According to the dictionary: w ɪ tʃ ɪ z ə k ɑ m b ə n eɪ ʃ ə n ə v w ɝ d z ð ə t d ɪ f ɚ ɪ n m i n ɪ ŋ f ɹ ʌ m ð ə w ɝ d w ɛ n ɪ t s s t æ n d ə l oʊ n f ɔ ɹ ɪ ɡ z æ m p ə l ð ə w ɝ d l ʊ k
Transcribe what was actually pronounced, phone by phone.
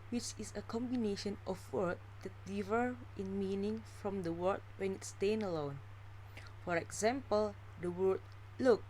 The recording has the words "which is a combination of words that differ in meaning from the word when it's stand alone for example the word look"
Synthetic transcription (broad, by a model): w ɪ tʃ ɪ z ə k ɑ m b ə n eɪ ʃ ə n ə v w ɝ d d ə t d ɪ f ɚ ɪ n m i n ɪ ŋ f ɹ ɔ m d ə w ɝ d w ɛ n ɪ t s s t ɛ n ə l oʊ n f ɔ ɹ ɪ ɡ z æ m p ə l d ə w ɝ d l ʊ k